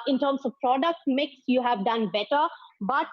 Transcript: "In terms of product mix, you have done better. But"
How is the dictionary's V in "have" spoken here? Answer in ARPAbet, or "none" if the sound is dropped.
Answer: V